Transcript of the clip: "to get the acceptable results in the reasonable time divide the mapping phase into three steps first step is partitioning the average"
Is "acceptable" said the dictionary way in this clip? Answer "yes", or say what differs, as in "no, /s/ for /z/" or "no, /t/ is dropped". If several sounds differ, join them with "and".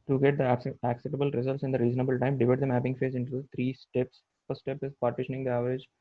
no, /p/ is dropped